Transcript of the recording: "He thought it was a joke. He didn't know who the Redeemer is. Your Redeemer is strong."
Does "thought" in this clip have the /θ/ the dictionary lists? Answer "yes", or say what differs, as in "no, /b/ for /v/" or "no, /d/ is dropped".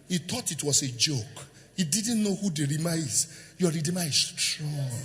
no, /t/ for /θ/